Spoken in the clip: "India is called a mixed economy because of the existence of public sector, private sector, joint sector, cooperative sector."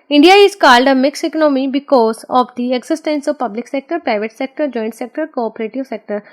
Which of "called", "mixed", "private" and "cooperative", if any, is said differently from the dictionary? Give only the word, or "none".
mixed